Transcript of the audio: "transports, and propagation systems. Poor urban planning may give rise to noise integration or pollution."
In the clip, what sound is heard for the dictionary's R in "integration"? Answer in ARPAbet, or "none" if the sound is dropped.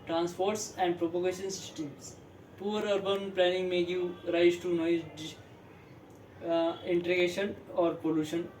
none